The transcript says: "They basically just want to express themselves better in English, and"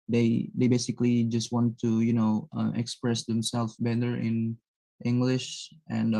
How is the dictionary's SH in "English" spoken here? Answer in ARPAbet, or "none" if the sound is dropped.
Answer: SH